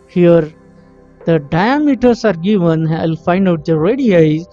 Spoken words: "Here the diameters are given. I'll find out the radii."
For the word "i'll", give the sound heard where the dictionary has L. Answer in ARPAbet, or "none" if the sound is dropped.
L